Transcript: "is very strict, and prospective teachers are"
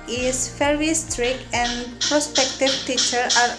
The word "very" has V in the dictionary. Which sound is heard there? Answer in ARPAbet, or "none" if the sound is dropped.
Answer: F